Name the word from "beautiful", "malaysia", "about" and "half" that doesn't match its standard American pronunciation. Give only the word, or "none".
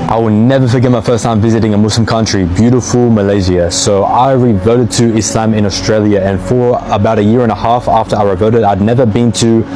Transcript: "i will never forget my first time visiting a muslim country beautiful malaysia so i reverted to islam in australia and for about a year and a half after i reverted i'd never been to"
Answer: malaysia